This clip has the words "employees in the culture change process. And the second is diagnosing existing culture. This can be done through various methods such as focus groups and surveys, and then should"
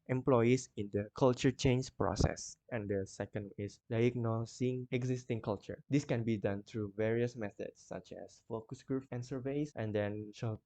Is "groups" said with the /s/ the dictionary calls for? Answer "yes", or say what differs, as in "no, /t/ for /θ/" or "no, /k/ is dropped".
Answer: no, /s/ is dropped